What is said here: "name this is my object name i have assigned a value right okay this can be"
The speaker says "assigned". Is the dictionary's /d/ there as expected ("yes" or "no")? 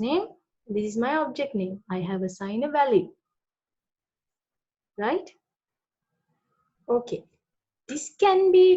no